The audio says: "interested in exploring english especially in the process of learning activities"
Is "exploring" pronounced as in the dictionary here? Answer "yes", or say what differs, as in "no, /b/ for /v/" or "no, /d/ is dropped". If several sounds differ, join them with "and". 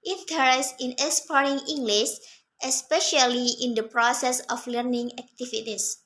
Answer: no, /l/ is dropped